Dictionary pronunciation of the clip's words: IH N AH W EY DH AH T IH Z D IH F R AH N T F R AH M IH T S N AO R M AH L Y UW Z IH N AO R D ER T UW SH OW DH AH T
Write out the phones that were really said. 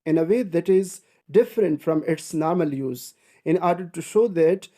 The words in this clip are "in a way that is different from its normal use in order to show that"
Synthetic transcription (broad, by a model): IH N AH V EY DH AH T IH Z D IH F R AH N T F R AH M IH T S N AO R M AH L Y UW Z IH N AO R D ER T UW SH OW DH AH T